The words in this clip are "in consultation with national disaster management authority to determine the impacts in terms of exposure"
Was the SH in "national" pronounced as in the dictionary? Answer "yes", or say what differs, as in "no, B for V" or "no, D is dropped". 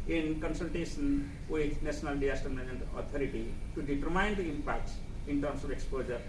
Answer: no, S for SH